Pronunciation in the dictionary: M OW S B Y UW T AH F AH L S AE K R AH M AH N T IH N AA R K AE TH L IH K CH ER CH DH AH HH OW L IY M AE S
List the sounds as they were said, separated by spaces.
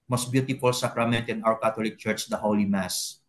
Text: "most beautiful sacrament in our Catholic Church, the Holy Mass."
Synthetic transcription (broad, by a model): M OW S B Y UW T AH F AH L S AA K R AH M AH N T IH N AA W K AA T L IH K CH ER CH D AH HH OW L IY M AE S